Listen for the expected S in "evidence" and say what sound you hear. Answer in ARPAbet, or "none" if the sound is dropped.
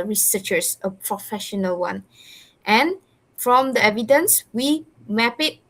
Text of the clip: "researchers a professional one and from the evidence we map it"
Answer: S